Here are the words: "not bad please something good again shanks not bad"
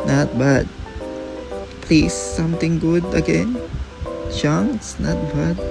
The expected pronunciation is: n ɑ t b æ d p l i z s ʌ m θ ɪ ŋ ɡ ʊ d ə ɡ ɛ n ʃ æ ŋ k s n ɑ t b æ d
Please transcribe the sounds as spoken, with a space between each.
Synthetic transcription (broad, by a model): n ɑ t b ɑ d p l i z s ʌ m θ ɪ ŋ ɡ ʊ d ə ɡ ɛ n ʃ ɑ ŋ s n ɑ t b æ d